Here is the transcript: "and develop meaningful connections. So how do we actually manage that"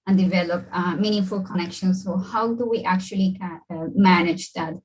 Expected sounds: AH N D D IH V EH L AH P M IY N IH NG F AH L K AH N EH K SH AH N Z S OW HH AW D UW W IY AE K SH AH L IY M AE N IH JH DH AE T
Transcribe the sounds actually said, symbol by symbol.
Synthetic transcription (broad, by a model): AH N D D IH V EH L AH P M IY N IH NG F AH L K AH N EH K SH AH N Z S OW HH AW D UW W IY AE K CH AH L IY M AE N IH JH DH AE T